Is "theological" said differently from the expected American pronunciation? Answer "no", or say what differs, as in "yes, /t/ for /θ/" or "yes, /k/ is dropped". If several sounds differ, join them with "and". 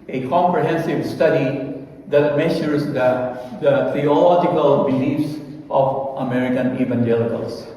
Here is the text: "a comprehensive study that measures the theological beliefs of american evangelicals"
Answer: yes, /t/ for /θ/